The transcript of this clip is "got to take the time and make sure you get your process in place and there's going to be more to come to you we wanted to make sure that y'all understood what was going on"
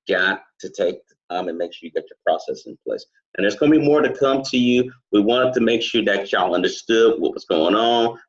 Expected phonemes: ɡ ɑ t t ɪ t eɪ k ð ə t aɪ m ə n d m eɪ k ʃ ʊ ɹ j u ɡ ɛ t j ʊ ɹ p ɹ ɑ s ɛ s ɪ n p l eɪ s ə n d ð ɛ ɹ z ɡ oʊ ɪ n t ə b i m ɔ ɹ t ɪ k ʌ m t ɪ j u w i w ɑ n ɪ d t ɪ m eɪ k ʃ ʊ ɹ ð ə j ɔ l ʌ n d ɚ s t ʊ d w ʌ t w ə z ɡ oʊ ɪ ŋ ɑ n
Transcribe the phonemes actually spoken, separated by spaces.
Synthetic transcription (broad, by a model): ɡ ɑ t t ɪ t eɪ k ð ə t aɪ m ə n m eɪ k ʃ ʊ ɹ j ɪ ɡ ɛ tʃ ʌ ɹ p ɹ ɑ s ɛ s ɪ n p l eɪ s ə n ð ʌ ɹ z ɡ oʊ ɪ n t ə b i m ɔ ɹ t ɪ k ʌ m t ɪ j u w i w ɑ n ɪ d t ɪ m eɪ k ʃ ʊ ɹ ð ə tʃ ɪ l ʌ n d ɚ s t ʊ d w ʌ t w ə s ɡ oʊ ɪ ŋ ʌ n